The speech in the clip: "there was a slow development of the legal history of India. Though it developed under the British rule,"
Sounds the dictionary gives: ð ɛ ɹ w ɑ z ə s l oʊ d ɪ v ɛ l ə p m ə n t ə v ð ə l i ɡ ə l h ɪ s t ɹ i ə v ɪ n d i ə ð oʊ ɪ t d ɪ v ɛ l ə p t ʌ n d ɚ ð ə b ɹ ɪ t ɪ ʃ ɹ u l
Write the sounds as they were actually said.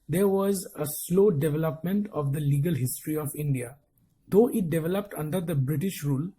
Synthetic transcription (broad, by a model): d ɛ ɹ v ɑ z ə s l oʊ d ɪ v ɛ l ə p m ə n t ə v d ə l i ɡ ə l h ɪ s t ɹ i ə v ɪ n d i ə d oʊ ɪ t d ɪ v ɛ l ə p t ʌ n d ɚ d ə b ɹ ɪ t ɪ ʃ ɹ u l